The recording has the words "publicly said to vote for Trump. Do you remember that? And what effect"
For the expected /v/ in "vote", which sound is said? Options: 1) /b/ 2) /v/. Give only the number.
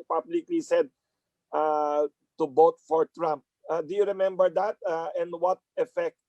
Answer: 1